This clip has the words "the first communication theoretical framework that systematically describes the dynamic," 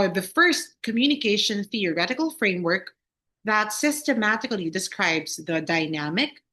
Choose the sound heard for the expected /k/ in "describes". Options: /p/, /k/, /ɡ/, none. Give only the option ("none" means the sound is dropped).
/k/